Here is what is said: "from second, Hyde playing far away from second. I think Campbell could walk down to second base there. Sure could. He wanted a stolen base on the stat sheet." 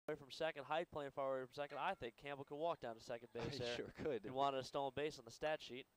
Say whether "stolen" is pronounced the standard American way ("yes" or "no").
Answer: no